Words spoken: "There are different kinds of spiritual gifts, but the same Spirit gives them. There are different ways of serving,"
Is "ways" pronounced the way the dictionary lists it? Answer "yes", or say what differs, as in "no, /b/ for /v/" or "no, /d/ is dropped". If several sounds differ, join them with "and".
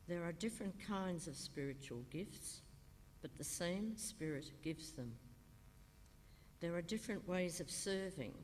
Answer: yes